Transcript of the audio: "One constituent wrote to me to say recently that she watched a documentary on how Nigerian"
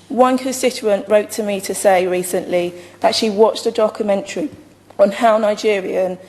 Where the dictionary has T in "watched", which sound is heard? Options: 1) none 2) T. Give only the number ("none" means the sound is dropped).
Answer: 2